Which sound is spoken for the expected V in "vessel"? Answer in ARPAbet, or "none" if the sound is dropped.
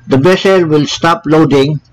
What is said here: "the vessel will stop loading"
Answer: B